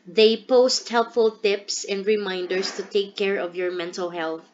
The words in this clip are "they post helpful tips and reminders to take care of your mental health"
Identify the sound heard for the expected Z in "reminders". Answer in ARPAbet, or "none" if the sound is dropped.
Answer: S